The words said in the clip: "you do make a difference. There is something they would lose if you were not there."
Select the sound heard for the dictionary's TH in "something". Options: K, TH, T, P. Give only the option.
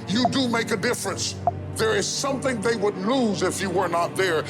TH